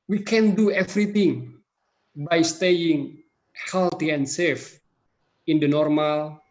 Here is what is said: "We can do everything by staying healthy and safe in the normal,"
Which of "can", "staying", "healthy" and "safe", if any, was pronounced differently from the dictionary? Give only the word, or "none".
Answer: healthy